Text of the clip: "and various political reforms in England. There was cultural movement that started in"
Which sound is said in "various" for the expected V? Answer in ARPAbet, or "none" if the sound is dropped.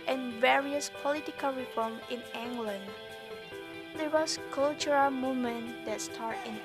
V